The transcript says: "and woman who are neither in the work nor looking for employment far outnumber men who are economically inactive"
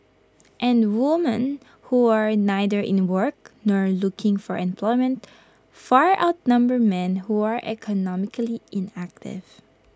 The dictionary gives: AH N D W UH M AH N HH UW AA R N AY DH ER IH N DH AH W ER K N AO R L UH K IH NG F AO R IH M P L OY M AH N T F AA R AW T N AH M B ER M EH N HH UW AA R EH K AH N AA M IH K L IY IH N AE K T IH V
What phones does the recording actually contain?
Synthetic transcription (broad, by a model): AH N D W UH M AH N HH UW AA R N AY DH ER IH N W ER K N AO R L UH K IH NG F AO R IH M P L OY M AH N T F AA R AW T N AH M B ER M EH N HH UW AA R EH K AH N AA M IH K L IY IH N AE K T IH V